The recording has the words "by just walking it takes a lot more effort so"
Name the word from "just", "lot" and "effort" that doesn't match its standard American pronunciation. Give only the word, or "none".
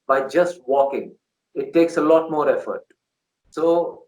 none